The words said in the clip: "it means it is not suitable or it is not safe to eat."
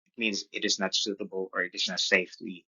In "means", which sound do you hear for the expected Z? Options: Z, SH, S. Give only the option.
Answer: Z